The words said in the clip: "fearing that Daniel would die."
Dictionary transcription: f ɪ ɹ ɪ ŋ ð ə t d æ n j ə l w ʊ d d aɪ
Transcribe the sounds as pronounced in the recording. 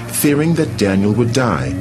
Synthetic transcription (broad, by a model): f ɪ ɹ ɪ ŋ ð ə t d æ n j ə l w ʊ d d aɪ